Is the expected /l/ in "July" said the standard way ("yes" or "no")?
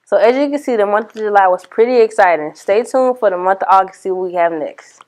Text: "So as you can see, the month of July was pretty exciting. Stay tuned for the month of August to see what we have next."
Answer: yes